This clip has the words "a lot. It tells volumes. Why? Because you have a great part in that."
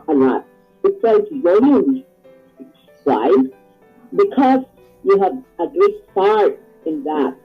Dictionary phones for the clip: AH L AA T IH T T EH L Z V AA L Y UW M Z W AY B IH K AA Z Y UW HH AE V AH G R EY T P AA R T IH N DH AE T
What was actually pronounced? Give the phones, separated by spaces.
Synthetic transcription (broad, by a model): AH L AA T IH T S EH Z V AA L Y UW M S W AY B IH K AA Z Y UW HH AE V AH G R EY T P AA R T IH N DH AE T